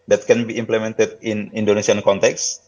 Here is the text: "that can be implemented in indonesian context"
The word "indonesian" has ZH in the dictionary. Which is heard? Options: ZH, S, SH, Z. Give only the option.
S